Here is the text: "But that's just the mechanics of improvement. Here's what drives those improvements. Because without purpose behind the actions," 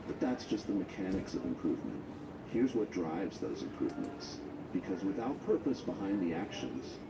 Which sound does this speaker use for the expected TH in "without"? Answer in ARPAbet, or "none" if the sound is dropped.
TH